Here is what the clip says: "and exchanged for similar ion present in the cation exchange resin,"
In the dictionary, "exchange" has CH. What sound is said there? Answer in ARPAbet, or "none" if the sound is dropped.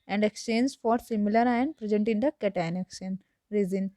none